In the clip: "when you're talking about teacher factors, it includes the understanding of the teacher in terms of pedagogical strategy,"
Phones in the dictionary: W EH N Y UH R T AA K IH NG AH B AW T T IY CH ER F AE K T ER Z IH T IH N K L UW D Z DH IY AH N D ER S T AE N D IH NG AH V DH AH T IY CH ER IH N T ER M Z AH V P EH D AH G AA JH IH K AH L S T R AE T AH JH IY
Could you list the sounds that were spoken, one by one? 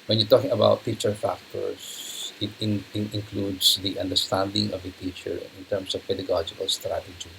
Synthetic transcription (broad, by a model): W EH N Y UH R T AA K IH NG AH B AW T T IY CH ER F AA K T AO S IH T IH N K L UW D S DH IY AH N D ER S T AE N D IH NG AH V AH T IY CH ER IH N T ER M S AH V P EH D AH G AA JH IH K AH L S T R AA T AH JH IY